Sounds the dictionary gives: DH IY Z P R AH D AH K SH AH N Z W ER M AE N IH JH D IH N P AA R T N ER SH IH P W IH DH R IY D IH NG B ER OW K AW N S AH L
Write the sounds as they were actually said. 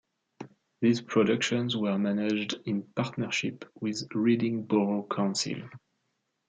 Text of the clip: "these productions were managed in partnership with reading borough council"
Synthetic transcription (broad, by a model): DH IY Z P R AH D AH K SH AH N Z W ER M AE N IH JH D IH N P AA R T N ER SH IH P W IH DH R IY D IH NG B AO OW K AW N S AH L